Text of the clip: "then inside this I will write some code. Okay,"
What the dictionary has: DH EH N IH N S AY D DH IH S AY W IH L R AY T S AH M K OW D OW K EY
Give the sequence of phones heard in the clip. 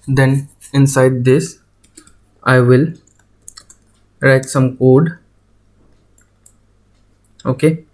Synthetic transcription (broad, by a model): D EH N IH N S AY D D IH S AY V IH L R AY T S AH M K OW D OW K EY